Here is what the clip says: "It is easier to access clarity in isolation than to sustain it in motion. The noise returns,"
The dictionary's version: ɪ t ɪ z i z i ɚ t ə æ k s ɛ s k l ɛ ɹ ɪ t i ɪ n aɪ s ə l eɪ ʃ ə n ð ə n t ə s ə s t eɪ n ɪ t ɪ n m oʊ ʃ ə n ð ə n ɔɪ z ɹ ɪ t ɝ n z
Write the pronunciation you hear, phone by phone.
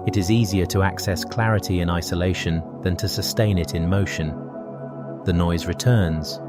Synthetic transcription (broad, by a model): ɪ t ɪ z i z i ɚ t ə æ k s ɛ s k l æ ɹ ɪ t i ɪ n aɪ s ə l eɪ ʃ ə n ð ə n t ə s ə s t eɪ n ɪ t ɪ n m oʊ ʃ ə n ð ə n ɔɪ z ɹ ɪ t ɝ n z